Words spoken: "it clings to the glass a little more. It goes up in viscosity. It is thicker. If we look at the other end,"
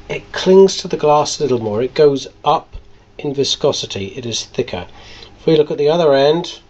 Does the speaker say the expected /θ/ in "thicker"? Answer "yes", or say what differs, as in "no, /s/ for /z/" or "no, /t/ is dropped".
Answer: yes